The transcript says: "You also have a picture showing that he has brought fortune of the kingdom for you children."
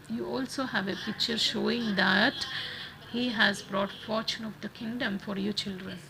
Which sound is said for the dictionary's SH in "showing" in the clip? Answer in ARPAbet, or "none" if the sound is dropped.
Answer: SH